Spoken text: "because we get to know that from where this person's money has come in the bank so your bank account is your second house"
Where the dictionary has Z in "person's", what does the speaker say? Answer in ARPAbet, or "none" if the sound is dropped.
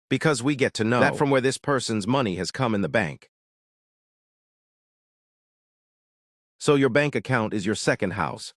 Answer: Z